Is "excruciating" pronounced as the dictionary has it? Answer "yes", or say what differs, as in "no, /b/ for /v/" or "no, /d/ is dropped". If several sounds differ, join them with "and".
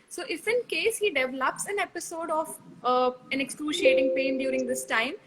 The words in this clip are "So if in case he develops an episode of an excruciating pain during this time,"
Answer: no, /l/ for /ɹ/